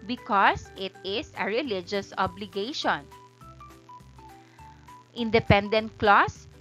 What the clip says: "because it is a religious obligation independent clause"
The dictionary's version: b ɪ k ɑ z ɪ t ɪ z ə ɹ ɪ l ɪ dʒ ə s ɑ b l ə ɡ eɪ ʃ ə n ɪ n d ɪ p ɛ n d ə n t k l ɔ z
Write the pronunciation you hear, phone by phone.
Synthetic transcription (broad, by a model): b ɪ k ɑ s ɪ t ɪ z ə ɹ ɪ l ɪ dʒ ə s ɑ b l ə ɡ eɪ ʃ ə n ɪ n d ɪ p ɛ n d ə n t k l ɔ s